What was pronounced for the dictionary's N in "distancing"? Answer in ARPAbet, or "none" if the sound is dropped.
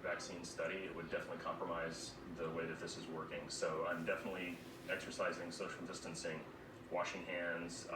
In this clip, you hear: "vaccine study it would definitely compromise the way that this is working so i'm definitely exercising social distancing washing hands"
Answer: N